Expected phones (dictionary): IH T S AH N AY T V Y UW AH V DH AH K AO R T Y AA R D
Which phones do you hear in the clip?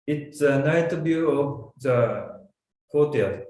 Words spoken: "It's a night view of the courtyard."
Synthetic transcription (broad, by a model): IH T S AH N AY T B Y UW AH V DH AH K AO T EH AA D